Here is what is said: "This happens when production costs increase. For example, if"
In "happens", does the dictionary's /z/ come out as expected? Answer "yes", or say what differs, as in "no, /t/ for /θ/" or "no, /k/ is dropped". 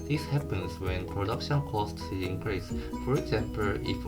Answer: no, /s/ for /z/